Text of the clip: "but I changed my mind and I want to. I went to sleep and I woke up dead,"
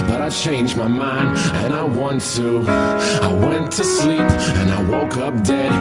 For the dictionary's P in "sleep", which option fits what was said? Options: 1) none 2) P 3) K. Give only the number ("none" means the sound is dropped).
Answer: 2